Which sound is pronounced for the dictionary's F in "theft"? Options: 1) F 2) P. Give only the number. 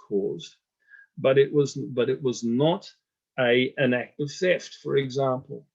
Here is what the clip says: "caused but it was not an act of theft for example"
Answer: 1